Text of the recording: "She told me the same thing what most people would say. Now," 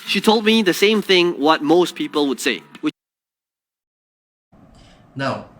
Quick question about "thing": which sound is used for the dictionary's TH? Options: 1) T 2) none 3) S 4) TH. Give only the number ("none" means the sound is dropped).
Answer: 4